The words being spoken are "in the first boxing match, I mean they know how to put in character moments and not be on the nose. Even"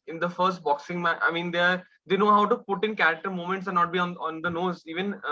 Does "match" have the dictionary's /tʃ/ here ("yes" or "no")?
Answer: no